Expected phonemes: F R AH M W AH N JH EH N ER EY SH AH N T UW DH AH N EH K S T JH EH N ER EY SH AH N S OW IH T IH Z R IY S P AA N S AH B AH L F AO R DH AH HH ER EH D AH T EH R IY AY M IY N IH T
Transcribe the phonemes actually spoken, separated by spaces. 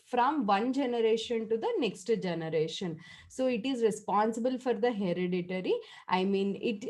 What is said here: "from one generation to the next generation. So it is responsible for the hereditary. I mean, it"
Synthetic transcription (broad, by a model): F R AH M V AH N JH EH N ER EY SH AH N T UW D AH N EH K S T JH EH N ER EY SH AH N S OW IH T IH Z R IY S P AA N S AH B AH L F AO R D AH HH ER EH D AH T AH R IY AY M IY N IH T